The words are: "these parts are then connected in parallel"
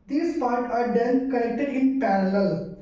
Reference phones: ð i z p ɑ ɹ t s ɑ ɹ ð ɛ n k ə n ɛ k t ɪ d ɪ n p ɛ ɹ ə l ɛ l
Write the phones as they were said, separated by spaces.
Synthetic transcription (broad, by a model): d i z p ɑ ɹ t ɑ ɹ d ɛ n k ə l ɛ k t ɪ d ɪ n p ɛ ɹ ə l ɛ l